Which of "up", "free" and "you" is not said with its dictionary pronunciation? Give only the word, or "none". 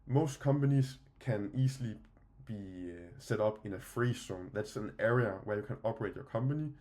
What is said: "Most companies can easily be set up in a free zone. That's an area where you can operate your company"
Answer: up